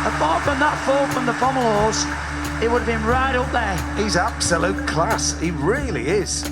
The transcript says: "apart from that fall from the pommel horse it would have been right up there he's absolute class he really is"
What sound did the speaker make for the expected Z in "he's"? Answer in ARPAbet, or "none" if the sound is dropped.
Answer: Z